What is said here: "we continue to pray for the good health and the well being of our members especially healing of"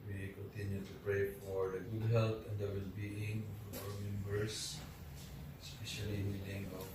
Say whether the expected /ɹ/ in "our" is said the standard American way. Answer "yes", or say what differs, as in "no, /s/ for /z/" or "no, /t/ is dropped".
no, /w/ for /ɹ/